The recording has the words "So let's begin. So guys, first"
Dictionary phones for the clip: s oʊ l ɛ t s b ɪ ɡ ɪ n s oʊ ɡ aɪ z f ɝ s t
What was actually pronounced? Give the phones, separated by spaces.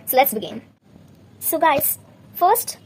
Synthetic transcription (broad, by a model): s oʊ l ɛ t s b ɪ ɡ ɪ n s oʊ ɡ aɪ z f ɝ s t